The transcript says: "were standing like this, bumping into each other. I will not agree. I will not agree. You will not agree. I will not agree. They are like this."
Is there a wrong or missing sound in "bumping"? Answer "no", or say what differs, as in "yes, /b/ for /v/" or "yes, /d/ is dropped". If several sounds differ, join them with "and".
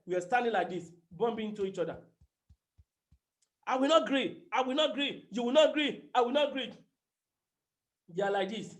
yes, /b/ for /p/